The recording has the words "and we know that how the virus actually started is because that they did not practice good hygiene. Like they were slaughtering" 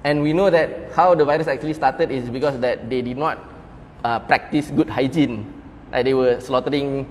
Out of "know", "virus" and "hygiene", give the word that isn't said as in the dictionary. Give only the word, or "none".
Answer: none